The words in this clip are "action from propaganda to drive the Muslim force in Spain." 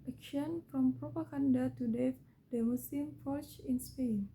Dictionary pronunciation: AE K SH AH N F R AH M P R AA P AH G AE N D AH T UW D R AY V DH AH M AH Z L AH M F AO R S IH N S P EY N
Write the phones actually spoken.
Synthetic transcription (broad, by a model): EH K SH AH N F R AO M P R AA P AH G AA N D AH T UW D EH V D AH M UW S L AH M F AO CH IH N S P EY N